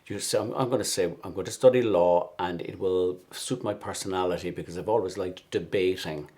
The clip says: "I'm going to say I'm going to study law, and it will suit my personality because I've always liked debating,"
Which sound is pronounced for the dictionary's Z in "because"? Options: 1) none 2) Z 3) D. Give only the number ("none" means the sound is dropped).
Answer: 2